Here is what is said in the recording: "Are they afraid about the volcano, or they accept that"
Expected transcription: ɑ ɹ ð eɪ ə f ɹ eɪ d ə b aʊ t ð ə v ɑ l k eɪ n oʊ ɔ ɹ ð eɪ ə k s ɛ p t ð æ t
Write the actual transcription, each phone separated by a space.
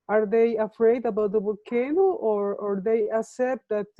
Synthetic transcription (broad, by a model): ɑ ɹ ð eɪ ə f ɹ eɪ d ə b aʊ t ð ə b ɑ k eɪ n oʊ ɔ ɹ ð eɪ ə k s ɛ p t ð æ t